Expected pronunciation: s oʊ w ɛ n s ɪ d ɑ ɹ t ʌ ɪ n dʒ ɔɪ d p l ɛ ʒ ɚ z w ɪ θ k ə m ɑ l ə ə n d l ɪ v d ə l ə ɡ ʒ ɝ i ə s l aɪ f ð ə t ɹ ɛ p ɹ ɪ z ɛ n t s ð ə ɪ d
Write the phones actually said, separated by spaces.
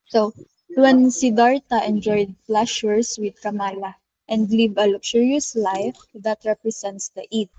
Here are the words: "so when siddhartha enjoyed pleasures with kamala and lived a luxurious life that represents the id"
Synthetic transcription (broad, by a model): s oʊ w ɛ n s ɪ d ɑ ɹ t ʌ ɪ n dʒ ɔɪ d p l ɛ ʃ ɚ s w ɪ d k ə m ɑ l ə ə n d l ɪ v ə l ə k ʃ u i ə s l aɪ f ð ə t ɹ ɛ p ɹ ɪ s ɛ n t s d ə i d